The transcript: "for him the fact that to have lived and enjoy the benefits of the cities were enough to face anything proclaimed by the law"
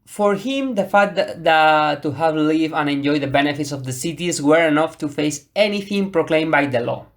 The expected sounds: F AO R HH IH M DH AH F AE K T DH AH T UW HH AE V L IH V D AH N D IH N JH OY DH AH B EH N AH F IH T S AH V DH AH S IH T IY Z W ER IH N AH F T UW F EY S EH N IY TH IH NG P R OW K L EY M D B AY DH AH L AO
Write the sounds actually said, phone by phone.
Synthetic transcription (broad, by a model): F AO R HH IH M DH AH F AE T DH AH T UW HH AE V L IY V AH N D IH N JH OY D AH B EH N AH F IH T S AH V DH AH S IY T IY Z W ER IH N AH F T UW F EY S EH N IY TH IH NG P R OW K L EY M B AY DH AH L AO